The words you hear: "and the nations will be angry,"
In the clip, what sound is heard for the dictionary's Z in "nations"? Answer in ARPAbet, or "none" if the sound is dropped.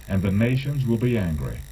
Z